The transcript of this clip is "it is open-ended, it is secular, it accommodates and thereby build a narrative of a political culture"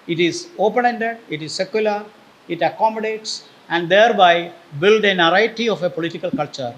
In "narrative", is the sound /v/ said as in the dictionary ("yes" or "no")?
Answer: no